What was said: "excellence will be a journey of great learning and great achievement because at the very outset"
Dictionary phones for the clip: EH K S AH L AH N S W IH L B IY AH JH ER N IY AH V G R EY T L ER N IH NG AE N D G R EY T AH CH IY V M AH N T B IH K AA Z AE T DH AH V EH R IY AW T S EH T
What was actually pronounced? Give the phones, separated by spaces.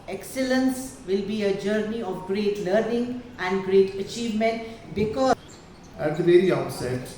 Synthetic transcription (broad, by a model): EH K S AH L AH N S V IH L B IY AH JH ER N IY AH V G R EY T L ER N IH NG AE N D G R EY T AH CH IY V M AH N T B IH K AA AE T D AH V EH R IY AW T S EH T